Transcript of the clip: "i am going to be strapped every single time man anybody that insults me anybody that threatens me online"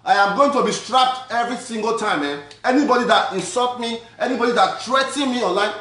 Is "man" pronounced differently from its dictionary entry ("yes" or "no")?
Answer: yes